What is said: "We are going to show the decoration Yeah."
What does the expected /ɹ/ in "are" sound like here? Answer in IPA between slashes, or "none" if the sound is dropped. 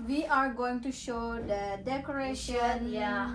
/ɹ/